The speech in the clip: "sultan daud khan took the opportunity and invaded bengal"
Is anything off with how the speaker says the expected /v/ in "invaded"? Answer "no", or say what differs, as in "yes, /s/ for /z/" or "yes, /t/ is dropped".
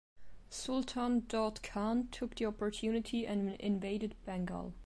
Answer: no